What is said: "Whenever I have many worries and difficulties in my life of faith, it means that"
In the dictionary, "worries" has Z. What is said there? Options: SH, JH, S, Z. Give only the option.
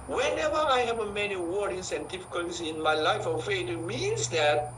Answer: S